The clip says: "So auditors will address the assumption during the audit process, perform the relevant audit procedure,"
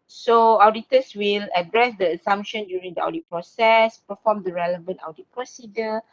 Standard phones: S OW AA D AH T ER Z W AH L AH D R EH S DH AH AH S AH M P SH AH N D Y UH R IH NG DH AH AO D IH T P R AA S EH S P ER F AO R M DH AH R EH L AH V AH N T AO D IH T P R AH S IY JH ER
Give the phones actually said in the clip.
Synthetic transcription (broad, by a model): S OW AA D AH T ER S W AH L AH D R EH S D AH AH S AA M P SH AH N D Y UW R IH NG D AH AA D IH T P R AA S EH S P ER F AO M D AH R EH L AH V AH N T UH D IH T P R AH S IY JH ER